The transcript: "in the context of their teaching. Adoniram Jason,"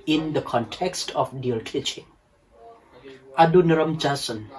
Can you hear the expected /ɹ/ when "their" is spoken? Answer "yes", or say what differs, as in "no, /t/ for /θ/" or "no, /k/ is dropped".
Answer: no, /l/ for /ɹ/